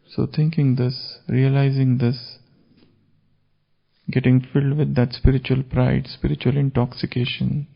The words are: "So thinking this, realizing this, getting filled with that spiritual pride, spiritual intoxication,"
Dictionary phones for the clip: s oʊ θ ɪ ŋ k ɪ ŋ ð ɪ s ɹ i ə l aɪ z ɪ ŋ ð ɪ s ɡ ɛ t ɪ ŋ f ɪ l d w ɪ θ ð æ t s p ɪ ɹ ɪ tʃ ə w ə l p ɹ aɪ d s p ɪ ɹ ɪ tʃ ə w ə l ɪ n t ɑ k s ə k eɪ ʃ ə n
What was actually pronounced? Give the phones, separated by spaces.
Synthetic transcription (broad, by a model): s oʊ t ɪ ŋ k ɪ ŋ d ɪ s ɹ i ə l aɪ z ɪ ŋ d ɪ s ɡ ɛ t ɪ ŋ f ɪ l d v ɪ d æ t s p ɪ ɹ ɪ tʃ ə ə l p ɹ aɪ d s p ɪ ɹ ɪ tʃ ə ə l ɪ n t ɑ k s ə k eɪ ʃ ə n